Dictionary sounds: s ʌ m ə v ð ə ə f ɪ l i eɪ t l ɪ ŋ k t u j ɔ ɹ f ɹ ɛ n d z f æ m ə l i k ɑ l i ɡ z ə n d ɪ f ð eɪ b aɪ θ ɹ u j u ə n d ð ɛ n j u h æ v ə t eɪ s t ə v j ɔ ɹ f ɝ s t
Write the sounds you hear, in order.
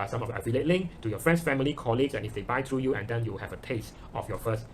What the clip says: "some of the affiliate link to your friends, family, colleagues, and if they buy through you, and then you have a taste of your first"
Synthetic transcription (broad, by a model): s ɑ m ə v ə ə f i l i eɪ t l ɪ ŋ k t u j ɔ f ɹ ɛ n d s f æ m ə l i k ɑ l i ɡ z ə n ɪ f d eɪ b aɪ t ɹ u j u ə n d ɛ n j u h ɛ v ə t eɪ s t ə f j ɔ f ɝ s t